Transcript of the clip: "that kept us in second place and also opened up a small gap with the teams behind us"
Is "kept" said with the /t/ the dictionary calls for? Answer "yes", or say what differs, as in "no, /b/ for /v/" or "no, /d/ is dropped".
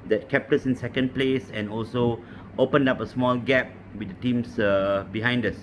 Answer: yes